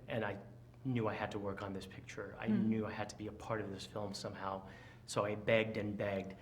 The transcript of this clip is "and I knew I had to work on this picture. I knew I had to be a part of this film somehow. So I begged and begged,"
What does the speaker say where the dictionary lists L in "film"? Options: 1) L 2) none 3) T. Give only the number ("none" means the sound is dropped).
1